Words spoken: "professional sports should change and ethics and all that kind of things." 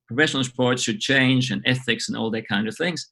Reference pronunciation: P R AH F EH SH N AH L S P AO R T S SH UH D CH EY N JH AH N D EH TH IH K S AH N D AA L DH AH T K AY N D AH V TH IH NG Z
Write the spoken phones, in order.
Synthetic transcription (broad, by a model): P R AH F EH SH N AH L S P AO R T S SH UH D CH EY N JH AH N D EH TH IH K S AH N AA L DH AH T K AY N D AH V TH IH NG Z